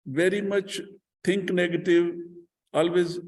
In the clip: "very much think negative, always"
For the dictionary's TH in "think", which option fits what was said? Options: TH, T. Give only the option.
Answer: T